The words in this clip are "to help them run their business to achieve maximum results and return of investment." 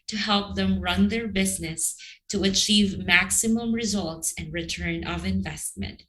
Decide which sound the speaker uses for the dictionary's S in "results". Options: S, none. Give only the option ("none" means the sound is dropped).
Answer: S